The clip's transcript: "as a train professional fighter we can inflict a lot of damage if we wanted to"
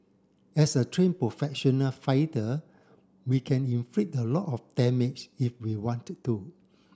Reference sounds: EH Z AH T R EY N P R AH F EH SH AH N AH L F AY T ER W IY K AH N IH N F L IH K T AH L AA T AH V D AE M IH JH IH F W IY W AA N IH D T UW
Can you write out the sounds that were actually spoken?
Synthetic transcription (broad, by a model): EH S AH T R EY N P R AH F EH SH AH N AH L F AY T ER W IY K AH N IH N F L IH T AH L AA T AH F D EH M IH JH IH F W IY W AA N T UW